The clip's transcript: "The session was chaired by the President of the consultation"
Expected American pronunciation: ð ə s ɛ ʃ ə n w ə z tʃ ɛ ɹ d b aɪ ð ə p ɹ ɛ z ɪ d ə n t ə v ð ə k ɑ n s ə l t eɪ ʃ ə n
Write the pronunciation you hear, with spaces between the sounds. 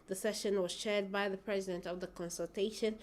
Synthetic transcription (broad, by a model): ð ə s ɛ ʃ ə n w ə z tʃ ɛ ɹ d b aɪ ð ə p ɹ ɛ z ɪ d ə n t ə v ð ə k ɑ n s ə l t eɪ ʃ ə n